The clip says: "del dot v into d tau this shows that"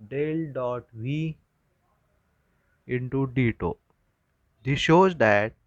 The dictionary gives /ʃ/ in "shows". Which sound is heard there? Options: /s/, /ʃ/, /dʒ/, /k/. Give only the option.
/ʃ/